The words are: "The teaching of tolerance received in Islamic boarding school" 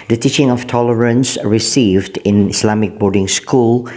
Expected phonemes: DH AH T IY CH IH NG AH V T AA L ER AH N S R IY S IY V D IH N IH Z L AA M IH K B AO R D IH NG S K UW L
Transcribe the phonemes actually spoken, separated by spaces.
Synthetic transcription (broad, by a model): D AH T IY CH IH NG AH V T AA L ER AH N S R IY S IY V D IH N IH S L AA M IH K B AO R D IH NG S K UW L